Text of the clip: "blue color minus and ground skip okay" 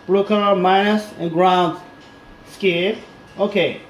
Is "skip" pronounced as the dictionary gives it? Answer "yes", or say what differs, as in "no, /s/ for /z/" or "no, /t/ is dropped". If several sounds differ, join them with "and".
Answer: no, /p/ is dropped